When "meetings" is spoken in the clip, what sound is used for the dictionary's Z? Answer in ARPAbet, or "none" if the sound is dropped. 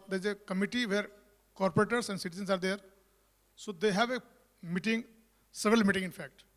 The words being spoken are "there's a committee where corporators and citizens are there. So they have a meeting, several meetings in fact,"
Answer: none